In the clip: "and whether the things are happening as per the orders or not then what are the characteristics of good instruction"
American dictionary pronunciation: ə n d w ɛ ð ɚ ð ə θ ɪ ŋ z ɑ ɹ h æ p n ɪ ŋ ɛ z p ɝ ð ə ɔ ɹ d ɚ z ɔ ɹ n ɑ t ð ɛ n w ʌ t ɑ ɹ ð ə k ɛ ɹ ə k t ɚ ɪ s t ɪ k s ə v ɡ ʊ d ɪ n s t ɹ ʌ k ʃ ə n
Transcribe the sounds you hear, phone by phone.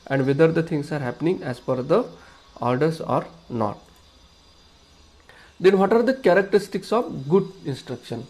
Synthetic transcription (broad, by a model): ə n d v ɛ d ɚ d ə t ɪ ŋ s ɑ ɹ h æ p n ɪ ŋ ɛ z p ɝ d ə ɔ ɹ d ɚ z ɔ ɹ n ɑ t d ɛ n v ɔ t ɑ ɹ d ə k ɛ ɹ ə k t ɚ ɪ s t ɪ k s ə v ɡ ʊ d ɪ n s t ɹ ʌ k ʃ ə n